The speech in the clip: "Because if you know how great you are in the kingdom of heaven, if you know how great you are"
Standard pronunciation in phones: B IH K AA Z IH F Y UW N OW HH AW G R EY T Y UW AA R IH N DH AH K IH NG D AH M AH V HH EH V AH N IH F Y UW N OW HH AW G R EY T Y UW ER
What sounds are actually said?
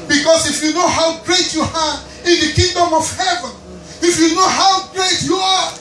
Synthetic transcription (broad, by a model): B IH K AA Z IH F Y UW N OW HH AW G R EY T Y UW AA R IH N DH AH K IH NG D AH M AH V HH EH V AH N IH F Y UW N OW HH AW G R EY T Y UW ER